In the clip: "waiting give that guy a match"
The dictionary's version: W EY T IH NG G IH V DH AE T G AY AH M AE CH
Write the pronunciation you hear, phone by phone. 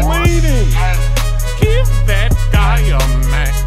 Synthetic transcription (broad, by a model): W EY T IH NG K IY P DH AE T G AY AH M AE